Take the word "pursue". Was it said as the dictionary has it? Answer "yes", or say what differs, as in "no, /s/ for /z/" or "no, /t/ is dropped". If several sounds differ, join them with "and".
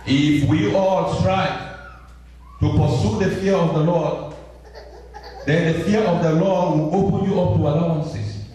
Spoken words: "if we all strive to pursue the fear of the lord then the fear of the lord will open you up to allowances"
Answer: yes